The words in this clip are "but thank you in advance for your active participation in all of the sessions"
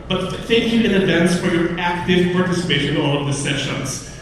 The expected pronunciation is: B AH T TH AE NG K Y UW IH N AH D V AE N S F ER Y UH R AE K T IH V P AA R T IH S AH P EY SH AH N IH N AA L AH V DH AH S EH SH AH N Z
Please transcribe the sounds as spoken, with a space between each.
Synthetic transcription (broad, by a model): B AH T TH AE NG K Y UW IH N AH D V AE N S F ER Y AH R AE K T IH V P AA R T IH S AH P EY AH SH IH N AA L AH V DH AH S EH SH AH N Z